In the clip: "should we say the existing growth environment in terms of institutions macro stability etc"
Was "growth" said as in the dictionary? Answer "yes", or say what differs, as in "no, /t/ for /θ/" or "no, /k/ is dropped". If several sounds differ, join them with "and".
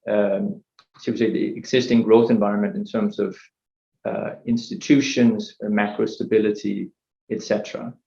yes